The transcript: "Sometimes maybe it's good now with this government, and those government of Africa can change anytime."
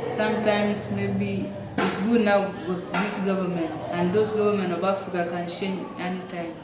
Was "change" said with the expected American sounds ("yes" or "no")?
no